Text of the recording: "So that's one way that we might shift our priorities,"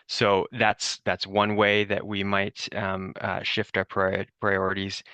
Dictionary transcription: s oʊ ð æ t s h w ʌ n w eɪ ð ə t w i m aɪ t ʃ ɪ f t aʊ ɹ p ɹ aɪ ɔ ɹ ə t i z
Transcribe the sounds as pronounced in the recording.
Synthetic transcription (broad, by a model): s oʊ ð æ t s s w ʌ n w eɪ ð ə t w i m aɪ t ʃ ɪ f t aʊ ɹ p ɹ aɪ ɔ ɹ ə t i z